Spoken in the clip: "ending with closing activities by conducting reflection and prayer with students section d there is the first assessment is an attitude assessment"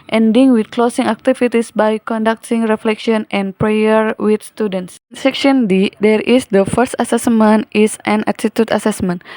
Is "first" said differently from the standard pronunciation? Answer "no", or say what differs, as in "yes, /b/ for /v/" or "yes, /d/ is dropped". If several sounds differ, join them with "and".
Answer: no